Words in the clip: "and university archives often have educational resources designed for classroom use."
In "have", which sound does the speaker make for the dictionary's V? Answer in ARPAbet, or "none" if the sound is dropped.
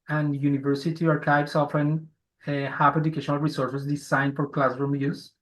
P